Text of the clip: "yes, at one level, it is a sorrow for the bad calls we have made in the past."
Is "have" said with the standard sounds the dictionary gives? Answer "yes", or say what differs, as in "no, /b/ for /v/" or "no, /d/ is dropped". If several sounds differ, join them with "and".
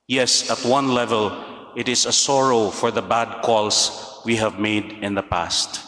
yes